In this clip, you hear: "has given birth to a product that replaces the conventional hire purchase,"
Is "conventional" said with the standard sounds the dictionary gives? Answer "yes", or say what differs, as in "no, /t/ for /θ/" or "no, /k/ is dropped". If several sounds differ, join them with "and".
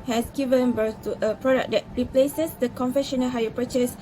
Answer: no, /f/ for /v/ and /n/ is dropped